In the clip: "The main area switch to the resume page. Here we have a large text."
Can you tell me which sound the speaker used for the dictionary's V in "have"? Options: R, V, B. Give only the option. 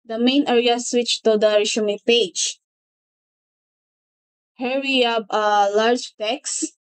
B